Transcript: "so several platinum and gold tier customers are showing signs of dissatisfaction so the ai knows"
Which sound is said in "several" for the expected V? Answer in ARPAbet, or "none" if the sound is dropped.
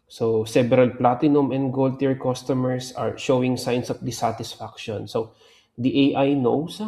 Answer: B